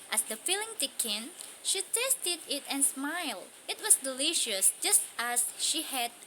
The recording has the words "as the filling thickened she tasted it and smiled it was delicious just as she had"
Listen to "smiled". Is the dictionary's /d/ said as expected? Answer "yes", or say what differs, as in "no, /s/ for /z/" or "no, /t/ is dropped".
yes